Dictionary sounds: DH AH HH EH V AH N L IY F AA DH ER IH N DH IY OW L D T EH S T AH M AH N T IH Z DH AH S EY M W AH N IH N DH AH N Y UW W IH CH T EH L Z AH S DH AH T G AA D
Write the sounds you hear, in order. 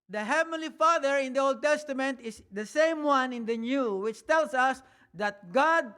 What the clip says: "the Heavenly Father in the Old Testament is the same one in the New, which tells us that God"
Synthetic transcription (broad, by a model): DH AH HH EH V AH N L IY F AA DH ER IH N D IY OW L D T EH S T AH M AH N T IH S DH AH S EY M W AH N IH N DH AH N Y UW W IH CH T EH L S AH S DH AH T G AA D